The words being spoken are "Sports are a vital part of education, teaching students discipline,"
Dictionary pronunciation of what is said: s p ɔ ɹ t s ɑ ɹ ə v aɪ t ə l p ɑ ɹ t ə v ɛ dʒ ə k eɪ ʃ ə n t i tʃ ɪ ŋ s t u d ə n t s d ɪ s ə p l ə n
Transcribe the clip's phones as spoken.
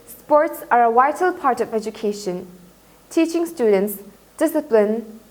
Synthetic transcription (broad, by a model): s p ɔ ɹ t s ɑ ɹ ə w aɪ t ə l p ɑ ɹ t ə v ɛ dʒ ə k eɪ ʃ ə n t i tʃ ɪ ŋ s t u d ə n t s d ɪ s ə p l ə n